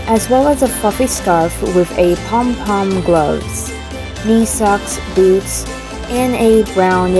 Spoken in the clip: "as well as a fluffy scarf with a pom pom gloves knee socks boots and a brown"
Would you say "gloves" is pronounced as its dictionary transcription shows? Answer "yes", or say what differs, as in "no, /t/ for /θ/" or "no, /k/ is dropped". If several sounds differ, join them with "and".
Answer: yes